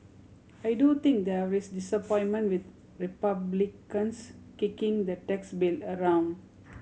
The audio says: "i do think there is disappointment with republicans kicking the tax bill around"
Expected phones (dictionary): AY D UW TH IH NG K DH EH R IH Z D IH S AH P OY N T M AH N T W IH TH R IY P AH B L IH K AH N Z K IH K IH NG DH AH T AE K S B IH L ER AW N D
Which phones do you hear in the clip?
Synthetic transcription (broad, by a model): AY D UW T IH NG K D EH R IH S D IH S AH P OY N M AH N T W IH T R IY P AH B L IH K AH N S K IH K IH NG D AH T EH K S B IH L ER AW N D